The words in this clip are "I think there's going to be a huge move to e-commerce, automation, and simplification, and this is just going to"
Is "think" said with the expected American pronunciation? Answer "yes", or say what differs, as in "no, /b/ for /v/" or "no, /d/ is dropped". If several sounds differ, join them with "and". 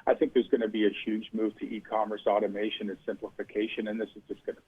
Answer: yes